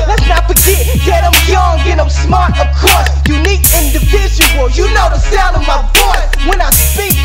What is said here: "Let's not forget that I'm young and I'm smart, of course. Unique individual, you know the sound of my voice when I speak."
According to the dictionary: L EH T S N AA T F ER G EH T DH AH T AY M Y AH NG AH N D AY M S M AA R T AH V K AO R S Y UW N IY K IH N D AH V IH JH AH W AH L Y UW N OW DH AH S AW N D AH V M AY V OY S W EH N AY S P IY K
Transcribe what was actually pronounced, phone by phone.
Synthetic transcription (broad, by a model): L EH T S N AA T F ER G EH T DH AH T AY M Y AH NG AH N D AY M S M AA R T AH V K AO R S Y UW N IY K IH N D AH V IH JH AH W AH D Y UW N OW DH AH S AW N D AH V M AY B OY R W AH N AY S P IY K